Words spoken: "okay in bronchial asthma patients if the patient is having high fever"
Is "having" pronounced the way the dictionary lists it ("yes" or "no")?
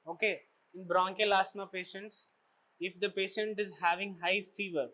yes